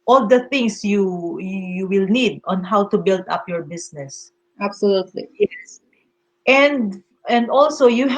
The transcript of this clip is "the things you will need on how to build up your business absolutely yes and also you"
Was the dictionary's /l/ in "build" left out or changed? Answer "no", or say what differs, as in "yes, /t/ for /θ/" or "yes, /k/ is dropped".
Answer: no